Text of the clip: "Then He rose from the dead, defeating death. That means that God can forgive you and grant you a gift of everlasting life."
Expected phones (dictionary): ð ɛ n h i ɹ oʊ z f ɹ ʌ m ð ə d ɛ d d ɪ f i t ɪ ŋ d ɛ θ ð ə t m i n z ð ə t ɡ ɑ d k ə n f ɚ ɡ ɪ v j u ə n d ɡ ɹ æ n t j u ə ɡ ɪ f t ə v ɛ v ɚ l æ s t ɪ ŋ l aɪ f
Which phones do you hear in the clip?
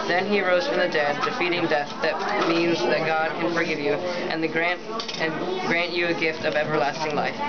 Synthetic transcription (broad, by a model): ð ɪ n i ɹ oʊ z f ɹ ʌ m ð ə d ɛ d d ɪ f i t ɪ ŋ d ɛ θ ð ə t m i n z ð ə t ɡ ɑ d k ə n f ɚ ɡ ɪ v j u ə n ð ɡ ɹ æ n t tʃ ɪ ə ɡ ɪ f t ə v ɛ v ɚ l æ s t ɪ ŋ l aɪ f